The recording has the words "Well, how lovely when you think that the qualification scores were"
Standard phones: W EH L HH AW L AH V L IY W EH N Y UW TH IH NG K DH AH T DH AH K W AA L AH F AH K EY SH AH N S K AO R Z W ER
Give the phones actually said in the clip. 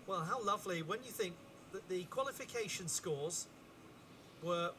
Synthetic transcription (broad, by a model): W EH L HH AW L AH V L IY W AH N Y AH TH IH NG K DH AH T DH AH K W AA L AH F AH K EY SH AH N S K AO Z W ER